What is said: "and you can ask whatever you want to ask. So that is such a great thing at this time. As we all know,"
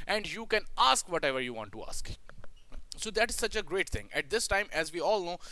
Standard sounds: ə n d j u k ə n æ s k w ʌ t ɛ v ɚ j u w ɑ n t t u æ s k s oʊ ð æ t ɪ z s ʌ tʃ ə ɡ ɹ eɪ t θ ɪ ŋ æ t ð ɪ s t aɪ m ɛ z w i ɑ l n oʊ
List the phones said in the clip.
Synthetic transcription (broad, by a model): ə n d j u k ə n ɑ s k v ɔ t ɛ v ɚ j u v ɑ n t t u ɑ s k s oʊ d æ t ɪ z s ʌ tʃ ə ɡ ɹ eɪ t t ɪ ŋ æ t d ɪ s t aɪ m ɛ z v i ɑ l n oʊ